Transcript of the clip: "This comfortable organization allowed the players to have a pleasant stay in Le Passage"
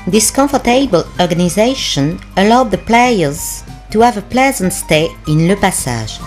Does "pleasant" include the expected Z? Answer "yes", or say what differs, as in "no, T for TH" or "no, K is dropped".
yes